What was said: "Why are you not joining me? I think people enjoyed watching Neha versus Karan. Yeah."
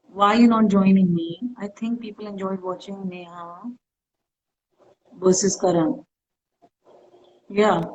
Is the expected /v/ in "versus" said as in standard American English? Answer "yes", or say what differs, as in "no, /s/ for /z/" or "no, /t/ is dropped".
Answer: no, /b/ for /v/